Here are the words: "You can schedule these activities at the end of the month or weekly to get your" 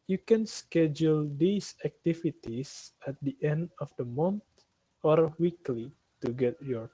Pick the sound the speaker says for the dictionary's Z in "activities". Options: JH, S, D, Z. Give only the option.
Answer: S